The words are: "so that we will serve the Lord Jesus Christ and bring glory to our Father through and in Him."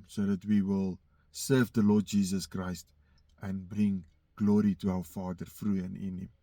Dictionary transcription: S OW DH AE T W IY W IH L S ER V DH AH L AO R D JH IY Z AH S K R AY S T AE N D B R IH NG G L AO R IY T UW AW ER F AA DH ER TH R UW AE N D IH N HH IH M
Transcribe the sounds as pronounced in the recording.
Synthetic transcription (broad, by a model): S OW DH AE T W IY W IH L S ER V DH AH L AO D JH IY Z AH S K R AY S T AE N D B R IH NG G L AO R IY T UW AW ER F AA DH ER F R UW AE N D IH N HH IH M